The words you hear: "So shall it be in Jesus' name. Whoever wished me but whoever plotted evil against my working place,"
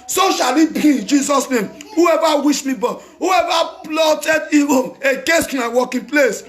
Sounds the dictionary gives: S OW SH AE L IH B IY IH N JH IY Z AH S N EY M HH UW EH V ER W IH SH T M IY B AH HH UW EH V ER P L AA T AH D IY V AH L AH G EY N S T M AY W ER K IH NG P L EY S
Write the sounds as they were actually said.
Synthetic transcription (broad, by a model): S OW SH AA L IH B IY IH N JH IY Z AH S N EY M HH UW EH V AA W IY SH M IY B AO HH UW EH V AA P L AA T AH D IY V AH N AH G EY S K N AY W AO K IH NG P L EY S